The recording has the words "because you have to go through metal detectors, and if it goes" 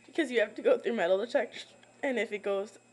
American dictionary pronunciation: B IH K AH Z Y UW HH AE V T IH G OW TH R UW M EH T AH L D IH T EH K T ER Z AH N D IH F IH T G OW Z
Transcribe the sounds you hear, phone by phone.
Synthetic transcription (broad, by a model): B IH K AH Z Y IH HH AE F T IH G OW TH R UW M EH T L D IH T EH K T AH N IH F IH T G OW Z